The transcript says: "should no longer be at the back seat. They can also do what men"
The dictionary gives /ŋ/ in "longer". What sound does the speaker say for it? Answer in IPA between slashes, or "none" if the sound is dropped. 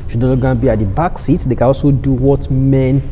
none